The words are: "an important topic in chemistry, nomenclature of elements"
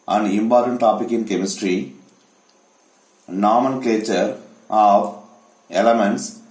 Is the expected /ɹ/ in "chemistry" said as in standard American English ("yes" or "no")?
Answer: yes